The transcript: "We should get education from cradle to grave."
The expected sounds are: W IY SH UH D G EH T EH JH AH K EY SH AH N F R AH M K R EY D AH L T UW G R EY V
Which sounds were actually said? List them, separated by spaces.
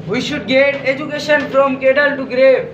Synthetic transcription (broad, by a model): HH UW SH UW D G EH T EH JH AH K EY SH AH N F R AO M K EY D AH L T UW G R EY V